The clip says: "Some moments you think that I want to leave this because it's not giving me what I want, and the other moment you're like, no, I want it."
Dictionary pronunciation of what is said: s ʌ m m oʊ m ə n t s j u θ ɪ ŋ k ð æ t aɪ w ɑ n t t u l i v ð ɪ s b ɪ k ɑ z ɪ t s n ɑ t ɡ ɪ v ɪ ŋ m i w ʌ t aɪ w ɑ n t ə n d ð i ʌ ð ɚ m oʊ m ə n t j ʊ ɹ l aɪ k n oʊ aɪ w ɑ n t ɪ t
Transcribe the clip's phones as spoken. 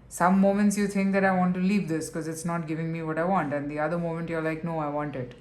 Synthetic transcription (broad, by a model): s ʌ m m oʊ m ə n t s j u t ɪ ŋ k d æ t aɪ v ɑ n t t u l i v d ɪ s k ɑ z ɪ t s n ɑ t ɡ ɪ v ɪ ŋ m i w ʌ t aɪ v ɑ n t ə n d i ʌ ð ɚ m oʊ m ə n t j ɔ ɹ l aɪ k n oʊ aɪ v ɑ n t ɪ t